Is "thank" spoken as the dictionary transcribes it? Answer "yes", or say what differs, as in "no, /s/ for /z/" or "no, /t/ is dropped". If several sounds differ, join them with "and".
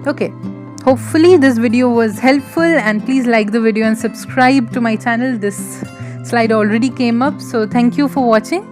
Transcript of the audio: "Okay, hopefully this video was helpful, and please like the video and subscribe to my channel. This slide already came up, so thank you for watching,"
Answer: no, /t/ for /θ/